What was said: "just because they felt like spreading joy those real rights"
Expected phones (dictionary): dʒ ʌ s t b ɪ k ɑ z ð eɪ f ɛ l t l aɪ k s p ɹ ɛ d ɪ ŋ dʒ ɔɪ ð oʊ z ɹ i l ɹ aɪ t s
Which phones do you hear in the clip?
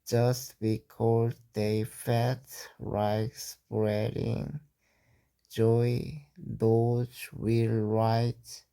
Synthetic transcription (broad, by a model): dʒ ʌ s t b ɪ k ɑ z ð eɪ f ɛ t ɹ aɪ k s p ɹ ɛ d ɪ ŋ dʒ ɔɪ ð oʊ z w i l ɹ aɪ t